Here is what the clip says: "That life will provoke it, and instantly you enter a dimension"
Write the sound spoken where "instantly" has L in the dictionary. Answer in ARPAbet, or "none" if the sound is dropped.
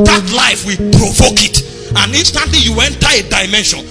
none